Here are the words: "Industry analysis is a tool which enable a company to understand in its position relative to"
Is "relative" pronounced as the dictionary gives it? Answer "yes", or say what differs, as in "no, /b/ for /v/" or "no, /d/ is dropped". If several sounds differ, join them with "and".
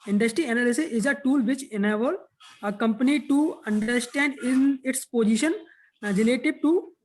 no, /b/ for /v/